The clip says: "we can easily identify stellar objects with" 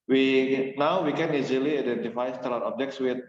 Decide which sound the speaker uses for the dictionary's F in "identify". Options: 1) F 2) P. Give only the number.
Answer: 1